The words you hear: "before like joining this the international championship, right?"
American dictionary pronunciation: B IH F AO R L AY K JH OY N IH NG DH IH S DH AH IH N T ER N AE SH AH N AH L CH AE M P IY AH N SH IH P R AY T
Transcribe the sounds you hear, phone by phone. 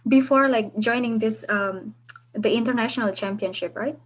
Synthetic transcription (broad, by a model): B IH F AO R L AY K JH OY N IH NG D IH S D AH IH N T ER N AE SH AH N AH L CH AE M P IY AH N SH IH P R AY T